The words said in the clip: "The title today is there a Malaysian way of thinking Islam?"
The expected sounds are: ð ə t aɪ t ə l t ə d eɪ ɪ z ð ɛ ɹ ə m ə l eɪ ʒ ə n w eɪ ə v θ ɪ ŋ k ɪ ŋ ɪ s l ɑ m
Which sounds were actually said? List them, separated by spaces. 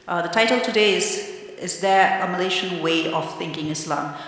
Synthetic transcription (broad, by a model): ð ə t aɪ t ə l t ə d eɪ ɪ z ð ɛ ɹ ə m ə l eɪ ʃ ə n w eɪ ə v θ ɪ ŋ k ɪ ŋ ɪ s l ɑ m